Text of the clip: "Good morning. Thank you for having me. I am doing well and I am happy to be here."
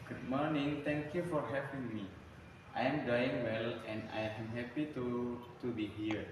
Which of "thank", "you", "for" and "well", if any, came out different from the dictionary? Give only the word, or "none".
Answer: thank